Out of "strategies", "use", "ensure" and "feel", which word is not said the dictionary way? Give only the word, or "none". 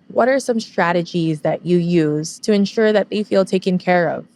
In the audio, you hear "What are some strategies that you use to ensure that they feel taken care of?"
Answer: none